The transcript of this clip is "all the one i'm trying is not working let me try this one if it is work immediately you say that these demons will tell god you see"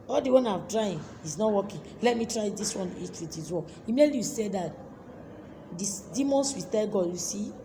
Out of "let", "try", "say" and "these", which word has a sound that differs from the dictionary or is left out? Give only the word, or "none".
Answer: these